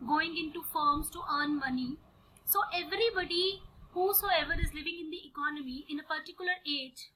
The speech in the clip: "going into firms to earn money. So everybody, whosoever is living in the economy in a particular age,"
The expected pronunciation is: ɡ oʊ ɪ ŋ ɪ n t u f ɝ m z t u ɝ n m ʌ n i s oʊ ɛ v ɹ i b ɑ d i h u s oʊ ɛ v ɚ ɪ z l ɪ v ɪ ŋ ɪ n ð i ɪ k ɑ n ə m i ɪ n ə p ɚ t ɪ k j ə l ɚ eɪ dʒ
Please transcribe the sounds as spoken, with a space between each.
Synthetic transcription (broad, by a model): ɡ oʊ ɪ ŋ ɪ n t u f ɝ m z t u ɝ n m ʌ n i s oʊ ɛ v ɹ i b ɑ d i h u s oʊ ɛ v ɚ ɪ z l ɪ v ɪ ŋ ɪ n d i ɪ k ɑ n ə m i ɪ n ə p ɚ t ɪ k j ə l ɚ eɪ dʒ